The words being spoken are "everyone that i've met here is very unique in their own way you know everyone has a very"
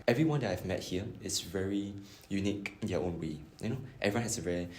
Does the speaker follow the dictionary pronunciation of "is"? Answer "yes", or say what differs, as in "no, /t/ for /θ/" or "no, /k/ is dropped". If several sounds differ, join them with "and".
no, /s/ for /z/